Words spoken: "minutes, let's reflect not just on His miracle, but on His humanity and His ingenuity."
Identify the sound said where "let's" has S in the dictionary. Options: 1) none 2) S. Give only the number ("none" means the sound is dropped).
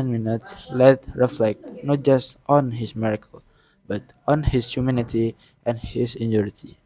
1